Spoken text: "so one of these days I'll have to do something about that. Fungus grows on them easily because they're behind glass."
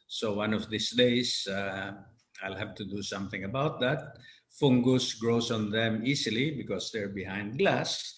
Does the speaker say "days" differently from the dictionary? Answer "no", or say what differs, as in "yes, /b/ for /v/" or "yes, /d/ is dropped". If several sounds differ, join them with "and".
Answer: yes, /s/ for /z/